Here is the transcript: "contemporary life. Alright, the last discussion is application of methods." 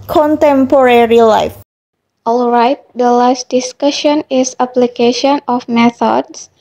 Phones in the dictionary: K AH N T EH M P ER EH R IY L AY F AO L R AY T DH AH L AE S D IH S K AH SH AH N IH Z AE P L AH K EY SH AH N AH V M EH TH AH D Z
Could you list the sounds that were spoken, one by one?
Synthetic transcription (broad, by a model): K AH N T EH M P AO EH R IY L AY F AO L R AY T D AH L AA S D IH S K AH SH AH N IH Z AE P L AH K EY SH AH N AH F M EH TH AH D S